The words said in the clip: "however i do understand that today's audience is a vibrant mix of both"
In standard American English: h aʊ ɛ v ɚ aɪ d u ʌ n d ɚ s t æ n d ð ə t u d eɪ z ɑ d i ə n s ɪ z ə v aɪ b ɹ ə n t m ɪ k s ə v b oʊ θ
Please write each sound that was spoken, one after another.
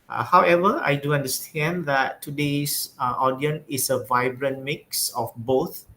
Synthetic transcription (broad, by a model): h aʊ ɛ v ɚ aɪ d u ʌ n d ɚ s t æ n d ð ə t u d eɪ s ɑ d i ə n ɪ s ə v aɪ b ɹ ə n m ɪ k s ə f b oʊ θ